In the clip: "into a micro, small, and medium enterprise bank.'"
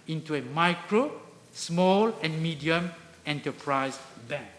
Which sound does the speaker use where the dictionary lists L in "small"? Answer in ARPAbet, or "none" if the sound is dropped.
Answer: L